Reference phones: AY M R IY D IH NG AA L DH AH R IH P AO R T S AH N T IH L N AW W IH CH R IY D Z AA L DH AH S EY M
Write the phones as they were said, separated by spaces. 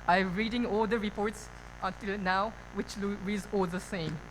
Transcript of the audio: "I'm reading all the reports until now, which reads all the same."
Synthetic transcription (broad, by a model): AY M R IY D IH NG AA L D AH R IH P AO R T S AH N T IH L N AW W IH CH L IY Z AA L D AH S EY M